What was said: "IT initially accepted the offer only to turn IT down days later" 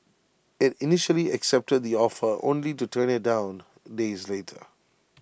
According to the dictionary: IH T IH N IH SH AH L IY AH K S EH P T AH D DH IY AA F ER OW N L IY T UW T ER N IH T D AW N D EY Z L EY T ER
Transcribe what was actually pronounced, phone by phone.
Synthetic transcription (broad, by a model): IH T IH N IH SH AH L IY AH K S EH P T AH D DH IY AA F ER OW N L IY T UW T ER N IH T D AW N D EY Z L EY T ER